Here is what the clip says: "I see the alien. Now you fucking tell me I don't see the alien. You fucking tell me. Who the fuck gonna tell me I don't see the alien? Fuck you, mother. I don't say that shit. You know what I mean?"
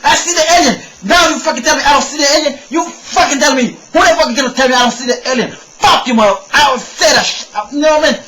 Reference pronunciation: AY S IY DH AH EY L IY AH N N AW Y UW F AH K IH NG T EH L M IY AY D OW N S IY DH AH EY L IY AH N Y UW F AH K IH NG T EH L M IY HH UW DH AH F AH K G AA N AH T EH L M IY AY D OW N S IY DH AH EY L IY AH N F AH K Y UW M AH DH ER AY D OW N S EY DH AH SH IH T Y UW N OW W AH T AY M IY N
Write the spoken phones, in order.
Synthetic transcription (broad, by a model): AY S IY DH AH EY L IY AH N N AW Y UW F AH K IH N T EH L M IY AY D OW N S IY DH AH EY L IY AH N Y UW F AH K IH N T EH L M IY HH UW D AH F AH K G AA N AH T EH L M IY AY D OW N S IY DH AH EY L IY AH N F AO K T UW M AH AA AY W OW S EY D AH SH N OW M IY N